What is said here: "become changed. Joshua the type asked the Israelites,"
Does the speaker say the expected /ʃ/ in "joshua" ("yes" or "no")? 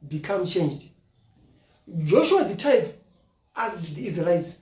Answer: yes